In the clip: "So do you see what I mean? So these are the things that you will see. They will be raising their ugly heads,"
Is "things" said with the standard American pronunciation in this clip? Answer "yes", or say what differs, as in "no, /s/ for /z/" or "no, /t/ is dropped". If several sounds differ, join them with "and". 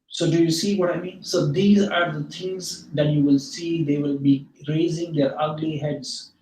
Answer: no, /t/ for /θ/